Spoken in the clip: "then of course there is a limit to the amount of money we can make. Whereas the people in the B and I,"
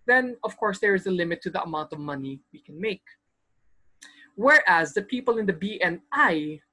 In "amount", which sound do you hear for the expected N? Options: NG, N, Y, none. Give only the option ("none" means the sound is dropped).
N